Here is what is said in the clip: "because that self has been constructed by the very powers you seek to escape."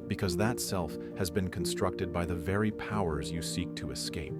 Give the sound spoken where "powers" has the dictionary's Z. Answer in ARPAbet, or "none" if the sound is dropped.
Z